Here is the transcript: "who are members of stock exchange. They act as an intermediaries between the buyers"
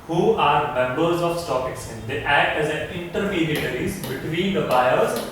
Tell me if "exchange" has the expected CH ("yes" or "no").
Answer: no